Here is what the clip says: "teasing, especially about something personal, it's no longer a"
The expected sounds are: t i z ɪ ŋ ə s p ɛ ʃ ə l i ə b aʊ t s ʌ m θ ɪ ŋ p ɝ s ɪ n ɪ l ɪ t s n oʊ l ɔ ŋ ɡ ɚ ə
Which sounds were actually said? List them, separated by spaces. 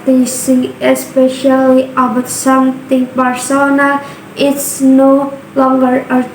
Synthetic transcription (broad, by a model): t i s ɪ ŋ ə s p ɛ ʃ ə l i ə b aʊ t s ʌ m t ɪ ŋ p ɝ s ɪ n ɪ ɪ t s n oʊ l ɔ ŋ ɡ ɚ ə